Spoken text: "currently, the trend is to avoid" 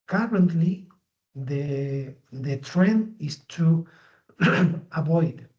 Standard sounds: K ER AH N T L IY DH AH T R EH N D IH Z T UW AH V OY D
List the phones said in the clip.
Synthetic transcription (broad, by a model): K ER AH N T L IY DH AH T R EH N D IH S T UW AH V OY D